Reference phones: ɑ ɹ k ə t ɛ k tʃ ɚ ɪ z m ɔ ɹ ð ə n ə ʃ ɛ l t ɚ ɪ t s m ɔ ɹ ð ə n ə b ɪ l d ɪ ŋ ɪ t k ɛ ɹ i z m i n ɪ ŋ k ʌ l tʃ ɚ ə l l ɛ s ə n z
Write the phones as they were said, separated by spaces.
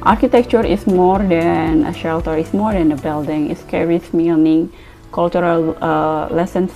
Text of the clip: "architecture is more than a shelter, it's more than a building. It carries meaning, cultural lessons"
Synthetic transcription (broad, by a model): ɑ ɹ k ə t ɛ k tʃ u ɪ s m ɔ ɹ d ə n ə ʃ ɛ l t ɚ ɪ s m ɔ ɹ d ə n ə b ɪ l d ɪ ŋ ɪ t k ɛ ɹ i s m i n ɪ ŋ k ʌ l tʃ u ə l l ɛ s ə n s